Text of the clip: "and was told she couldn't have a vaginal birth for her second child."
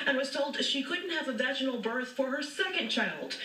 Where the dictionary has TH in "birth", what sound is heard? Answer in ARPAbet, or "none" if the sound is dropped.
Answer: TH